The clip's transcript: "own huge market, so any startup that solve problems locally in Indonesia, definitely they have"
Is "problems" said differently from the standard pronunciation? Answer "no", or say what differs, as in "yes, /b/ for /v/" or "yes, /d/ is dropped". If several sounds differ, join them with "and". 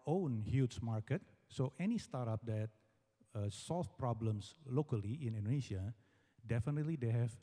yes, /s/ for /z/